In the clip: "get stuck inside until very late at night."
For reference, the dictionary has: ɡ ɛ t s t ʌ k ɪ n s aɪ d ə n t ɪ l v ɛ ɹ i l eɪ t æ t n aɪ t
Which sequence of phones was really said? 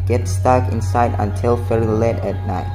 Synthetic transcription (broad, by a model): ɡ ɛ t s t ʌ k ɪ n s aɪ d ə n t ɪ l f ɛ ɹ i l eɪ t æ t n aɪ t